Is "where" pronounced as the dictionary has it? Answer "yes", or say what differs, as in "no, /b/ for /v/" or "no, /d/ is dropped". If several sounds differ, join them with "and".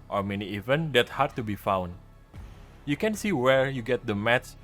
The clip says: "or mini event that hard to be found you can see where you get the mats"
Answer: yes